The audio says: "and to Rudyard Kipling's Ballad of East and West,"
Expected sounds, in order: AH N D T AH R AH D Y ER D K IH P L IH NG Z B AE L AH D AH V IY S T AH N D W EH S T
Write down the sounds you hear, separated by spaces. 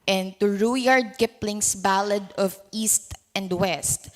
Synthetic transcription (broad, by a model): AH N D T AH R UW Y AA D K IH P L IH NG S B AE L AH D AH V IY S T AH N D W EH S T